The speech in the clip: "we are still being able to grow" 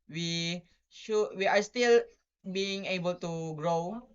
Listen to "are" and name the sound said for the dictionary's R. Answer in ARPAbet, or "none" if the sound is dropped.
W